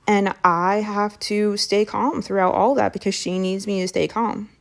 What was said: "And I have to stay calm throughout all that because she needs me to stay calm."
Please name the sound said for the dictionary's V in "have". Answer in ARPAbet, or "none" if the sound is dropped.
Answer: F